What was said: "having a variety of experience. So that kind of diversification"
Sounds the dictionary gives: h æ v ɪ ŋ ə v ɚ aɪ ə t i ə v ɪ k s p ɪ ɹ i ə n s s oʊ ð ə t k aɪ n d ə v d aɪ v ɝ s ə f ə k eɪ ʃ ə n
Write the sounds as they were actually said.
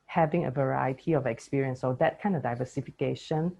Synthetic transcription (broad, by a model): h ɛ v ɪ ŋ ə v ɚ aɪ ə t i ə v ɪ k s p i ɹ i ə n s s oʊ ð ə t k aɪ n d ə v d aɪ v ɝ s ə f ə k eɪ ʃ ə n